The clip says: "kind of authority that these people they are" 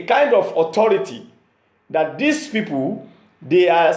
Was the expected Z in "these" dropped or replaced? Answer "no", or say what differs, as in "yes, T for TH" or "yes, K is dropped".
yes, S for Z